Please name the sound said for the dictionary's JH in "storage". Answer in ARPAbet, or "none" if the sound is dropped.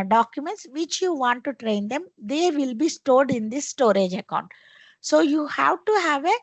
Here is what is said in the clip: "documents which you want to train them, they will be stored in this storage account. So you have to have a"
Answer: JH